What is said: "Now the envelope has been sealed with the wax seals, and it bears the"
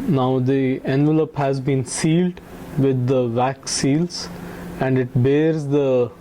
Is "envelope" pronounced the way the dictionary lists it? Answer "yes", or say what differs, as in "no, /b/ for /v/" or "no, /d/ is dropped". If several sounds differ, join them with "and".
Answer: yes